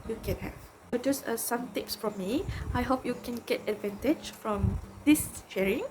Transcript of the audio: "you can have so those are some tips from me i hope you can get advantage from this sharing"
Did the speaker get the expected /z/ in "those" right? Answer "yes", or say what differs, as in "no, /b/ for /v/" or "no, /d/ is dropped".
no, /s/ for /z/